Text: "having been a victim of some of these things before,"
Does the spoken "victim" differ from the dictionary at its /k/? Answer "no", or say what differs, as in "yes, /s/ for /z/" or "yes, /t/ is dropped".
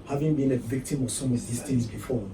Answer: no